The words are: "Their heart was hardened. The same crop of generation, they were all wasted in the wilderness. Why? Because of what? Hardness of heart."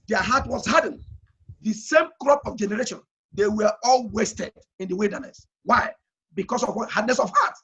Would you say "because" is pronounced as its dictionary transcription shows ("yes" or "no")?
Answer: no